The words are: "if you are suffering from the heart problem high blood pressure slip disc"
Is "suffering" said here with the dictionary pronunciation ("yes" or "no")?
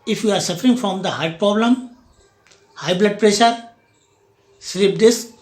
yes